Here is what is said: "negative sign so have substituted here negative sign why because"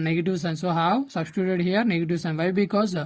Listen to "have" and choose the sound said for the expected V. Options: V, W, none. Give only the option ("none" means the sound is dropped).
W